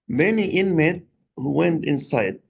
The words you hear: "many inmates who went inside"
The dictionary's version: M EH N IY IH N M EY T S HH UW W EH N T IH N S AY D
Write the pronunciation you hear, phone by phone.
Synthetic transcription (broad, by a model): M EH N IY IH N M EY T HH UW W EH N T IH N S AY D